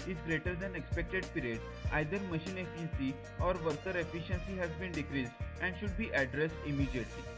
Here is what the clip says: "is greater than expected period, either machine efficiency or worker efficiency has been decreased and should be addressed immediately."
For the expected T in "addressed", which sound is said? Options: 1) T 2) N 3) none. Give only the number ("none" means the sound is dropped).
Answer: 1